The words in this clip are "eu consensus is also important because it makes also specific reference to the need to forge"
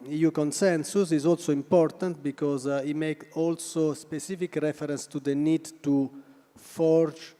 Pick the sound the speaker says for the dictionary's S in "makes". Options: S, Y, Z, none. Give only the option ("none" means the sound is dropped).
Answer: none